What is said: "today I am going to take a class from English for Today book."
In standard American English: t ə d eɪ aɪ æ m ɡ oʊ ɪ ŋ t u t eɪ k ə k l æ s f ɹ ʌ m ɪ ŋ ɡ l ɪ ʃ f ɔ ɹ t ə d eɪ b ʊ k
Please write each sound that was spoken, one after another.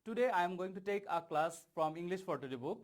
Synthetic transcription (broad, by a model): t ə d eɪ aɪ m ɡ oʊ ɪ ŋ t u t eɪ k ə k l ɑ s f ɹ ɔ m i ŋ ɡ l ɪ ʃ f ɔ ɹ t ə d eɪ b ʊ k